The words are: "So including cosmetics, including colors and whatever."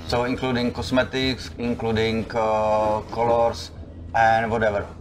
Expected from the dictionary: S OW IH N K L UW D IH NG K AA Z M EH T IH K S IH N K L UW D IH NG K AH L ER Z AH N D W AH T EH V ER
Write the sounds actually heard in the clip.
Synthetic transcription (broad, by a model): S OW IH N K L UW D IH NG K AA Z M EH T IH K S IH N K L UW D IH NG K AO L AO S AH N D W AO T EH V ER